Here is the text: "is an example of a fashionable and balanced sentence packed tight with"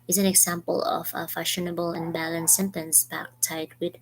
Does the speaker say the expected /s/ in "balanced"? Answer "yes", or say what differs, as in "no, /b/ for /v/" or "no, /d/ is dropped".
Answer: no, /s/ is dropped